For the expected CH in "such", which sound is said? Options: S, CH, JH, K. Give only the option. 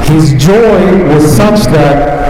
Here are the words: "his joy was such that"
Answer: CH